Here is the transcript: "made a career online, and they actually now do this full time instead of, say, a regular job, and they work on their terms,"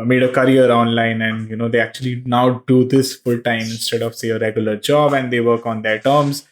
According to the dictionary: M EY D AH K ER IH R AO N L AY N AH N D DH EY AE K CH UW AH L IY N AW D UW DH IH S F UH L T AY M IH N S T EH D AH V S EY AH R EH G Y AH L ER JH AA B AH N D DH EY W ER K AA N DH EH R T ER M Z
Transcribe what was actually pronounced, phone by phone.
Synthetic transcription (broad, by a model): M EY D AH K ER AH R AO N L AY N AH N D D EY AE K CH UW AH L IY N AW D UW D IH S F UH L T AY M IH N S T EH D AH V S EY AH R EH G Y AH L ER JH AA B AH N D EY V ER K AA N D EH R T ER M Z